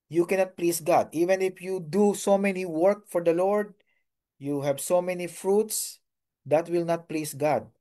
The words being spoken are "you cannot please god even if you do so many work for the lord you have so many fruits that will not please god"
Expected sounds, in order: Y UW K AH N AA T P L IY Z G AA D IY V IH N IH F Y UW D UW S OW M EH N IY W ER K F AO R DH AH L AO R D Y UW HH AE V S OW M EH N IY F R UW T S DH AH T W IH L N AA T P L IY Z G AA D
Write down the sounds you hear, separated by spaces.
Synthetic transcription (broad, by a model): Y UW K AH N AA T P L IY S G AA D IY V IH N IH F Y UW D UW S OW M EH N IY W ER K F AO R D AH L AO R D Y UW HH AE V S OW M EH N IY F R UW T S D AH T W IH L N AA T P L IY S G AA D